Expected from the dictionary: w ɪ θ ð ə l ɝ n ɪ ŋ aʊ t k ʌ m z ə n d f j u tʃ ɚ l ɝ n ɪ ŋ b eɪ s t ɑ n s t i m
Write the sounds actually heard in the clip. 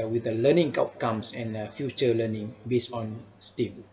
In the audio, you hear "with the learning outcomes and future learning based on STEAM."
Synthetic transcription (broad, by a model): w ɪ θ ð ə l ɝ n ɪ ŋ aʊ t k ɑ m s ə n f j u tʃ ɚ l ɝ n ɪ ŋ b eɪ s ɑ n s t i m